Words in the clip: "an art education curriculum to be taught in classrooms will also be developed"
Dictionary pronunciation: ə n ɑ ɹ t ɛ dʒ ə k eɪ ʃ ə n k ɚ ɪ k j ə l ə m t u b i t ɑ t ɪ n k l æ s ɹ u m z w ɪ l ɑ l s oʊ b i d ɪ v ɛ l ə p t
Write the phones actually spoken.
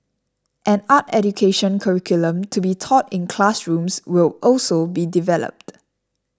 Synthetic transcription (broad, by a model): ə n ɑ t ɛ dʒ ə k eɪ ʃ ə n k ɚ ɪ k j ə l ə m t u b i t ɑ t ɪ n k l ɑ s ɹ u m s w ɪ l ɑ l s oʊ b i d ɪ v ɛ l ə p t